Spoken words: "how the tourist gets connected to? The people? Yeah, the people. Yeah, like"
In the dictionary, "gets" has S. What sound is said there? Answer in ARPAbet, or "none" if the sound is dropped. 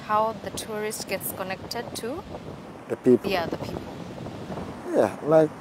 S